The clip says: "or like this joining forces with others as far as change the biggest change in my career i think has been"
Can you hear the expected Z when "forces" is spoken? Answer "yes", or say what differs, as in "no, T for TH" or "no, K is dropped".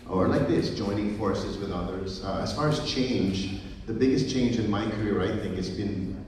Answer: yes